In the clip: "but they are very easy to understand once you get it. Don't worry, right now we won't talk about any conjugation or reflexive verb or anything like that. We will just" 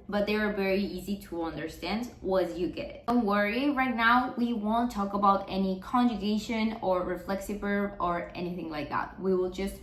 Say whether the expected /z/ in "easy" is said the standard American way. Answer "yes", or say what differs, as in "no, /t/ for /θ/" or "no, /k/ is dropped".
yes